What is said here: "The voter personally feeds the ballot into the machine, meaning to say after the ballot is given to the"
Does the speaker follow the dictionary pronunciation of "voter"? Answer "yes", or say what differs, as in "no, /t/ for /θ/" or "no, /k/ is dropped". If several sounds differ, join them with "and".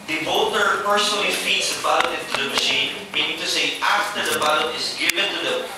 no, /b/ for /v/